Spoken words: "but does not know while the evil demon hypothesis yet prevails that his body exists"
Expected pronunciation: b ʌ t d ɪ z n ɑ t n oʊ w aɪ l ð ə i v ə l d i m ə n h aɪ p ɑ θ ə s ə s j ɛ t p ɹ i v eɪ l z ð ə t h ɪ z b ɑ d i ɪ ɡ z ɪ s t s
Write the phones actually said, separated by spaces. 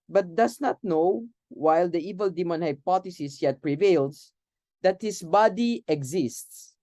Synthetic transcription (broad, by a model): b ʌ t d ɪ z n ɑ t n oʊ w aɪ l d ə i v ə l d i m ə n h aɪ p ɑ t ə s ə s j ɛ t p ɹ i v eɪ l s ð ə t h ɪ s b ɑ d i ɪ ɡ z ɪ s t s